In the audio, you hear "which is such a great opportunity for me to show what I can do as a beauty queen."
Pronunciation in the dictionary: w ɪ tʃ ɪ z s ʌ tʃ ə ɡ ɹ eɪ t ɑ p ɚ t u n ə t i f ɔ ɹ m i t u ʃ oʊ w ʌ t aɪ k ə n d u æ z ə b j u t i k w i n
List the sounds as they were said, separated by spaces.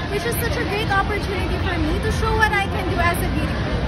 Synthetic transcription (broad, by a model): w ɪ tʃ ɪ z s ʌ tʃ ə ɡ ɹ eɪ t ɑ p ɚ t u n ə t i f ɔ ɹ m i t u ʃ oʊ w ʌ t aɪ k ə n d u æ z ə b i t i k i